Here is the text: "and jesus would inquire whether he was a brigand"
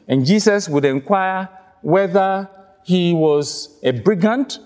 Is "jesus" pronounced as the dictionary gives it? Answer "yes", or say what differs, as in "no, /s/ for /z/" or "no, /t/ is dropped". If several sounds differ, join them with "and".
no, /s/ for /z/